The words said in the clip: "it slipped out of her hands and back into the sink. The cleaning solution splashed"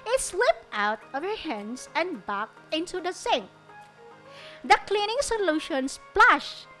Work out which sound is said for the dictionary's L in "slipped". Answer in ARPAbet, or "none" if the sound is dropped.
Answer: W